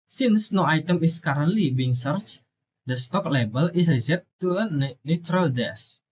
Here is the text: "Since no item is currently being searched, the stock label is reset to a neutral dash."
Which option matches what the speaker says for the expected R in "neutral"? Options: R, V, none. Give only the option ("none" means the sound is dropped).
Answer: R